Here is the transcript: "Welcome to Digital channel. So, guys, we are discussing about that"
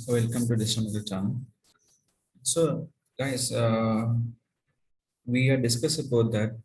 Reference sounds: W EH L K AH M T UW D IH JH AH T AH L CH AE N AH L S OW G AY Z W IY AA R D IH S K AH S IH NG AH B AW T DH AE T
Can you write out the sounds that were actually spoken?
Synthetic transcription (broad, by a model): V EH L K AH M T UW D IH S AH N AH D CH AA AH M S OW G AY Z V IY AA R D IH S K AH S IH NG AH B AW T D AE T